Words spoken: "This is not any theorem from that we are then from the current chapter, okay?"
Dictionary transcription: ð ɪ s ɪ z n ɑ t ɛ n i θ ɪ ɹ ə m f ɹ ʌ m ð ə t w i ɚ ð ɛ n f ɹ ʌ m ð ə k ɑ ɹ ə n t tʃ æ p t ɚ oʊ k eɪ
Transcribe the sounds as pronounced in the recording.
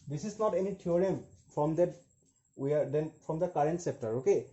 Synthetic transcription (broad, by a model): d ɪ s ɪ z n ɑ t ɛ n i t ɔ ɹ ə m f ɹ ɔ m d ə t w i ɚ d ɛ n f ɹ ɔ m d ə k ɑ ɹ ə n t s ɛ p t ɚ oʊ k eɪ